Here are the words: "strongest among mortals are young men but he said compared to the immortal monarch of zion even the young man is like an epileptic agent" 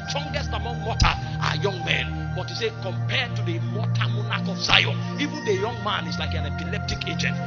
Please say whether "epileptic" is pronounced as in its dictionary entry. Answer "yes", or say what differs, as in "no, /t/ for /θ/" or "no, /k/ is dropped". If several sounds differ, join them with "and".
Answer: yes